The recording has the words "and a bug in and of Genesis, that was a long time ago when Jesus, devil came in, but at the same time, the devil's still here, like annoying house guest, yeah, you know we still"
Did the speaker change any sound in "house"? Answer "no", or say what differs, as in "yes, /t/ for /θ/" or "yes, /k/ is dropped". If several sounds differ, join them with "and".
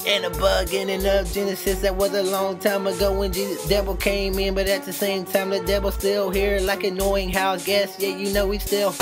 yes, /s/ is dropped